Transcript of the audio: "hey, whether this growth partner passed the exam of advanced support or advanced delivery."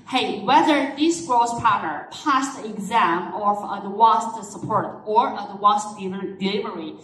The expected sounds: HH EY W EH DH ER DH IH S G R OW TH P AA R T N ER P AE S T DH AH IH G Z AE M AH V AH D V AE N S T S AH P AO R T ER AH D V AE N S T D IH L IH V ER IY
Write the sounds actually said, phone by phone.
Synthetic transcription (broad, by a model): HH EY W EH DH ER DH IH S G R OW S P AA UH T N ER P AE S T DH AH IH G Z AE M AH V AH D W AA S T S AH P AO R T ER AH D W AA S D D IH L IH V ER IY